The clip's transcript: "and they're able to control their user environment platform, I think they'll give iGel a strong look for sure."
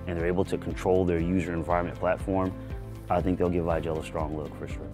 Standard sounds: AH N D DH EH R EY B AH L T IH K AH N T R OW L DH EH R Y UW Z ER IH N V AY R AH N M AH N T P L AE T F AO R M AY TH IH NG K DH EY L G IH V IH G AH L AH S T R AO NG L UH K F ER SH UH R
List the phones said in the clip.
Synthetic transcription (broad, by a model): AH N DH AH R EY B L T IH K N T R OW L DH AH R Y UW Z ER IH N V AY R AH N M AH N P L AE T F AO R M AY TH IH NG K DH EY L G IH V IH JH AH L AH S T R AO NG L UH K F ER SH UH R